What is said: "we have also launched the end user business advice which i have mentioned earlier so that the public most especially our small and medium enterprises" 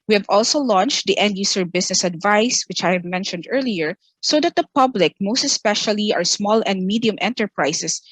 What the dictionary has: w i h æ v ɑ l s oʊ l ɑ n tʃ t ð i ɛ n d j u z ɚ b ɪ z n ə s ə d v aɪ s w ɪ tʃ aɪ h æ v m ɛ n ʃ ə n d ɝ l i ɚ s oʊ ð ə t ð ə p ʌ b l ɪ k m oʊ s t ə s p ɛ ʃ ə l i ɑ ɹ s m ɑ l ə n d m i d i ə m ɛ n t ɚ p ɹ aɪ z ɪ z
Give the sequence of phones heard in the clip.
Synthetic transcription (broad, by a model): w i h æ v ɑ l s oʊ l ɑ n tʃ t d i ɛ n d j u s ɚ b ɪ s n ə s ə d v aɪ s w ɪ tʃ aɪ h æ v m ɛ n ʃ ə n d ɝ l i ɚ s oʊ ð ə t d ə p ʌ b l ɪ k m oʊ s t ə s p ɛ ʃ ə l i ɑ ɹ s m ɑ l ə n d m i d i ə m ɛ n t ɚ p ɹ aɪ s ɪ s